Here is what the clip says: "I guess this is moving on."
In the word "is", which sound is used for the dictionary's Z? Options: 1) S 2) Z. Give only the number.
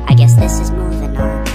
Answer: 2